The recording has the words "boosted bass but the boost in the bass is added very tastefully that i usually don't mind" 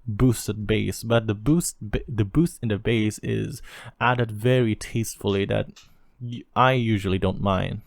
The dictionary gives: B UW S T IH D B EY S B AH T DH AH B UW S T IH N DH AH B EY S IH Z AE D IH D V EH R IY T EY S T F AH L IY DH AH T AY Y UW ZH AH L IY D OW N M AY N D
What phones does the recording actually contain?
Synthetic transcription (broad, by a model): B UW S T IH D B EY S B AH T DH AH B UW S T IH N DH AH B EY S IH Z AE D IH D V EH R IY T EY S T F L IY DH AH T AY Y UW ZH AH L IY D OW N M AY N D